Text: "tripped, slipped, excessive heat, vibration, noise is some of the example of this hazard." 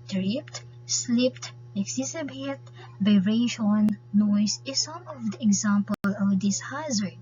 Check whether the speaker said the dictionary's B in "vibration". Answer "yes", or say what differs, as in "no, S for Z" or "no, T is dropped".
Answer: no, B is dropped